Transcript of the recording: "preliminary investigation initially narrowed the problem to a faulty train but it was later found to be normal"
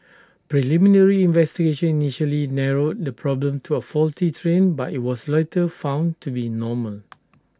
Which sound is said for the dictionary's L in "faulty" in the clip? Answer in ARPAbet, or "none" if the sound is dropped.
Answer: L